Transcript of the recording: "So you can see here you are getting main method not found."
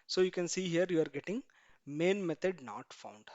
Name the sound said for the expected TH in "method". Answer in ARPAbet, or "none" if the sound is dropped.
T